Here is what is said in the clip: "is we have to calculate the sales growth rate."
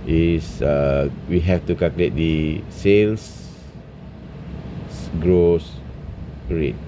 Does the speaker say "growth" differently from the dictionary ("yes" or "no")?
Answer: yes